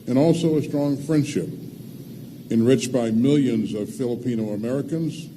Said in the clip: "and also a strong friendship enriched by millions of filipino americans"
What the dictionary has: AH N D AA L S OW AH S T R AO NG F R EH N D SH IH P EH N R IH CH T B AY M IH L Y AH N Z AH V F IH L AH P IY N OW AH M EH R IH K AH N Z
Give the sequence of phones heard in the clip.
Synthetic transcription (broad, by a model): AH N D AA L S OW AH S T R AO NG F R EH N D SH IH P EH N R IH CH B AY M IH L Y AH N Z AH V F IH L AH P IY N OW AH M EH R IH K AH N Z